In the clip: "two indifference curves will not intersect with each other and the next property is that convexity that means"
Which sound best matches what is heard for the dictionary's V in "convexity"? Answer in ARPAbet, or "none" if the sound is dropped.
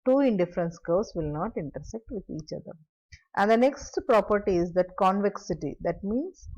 V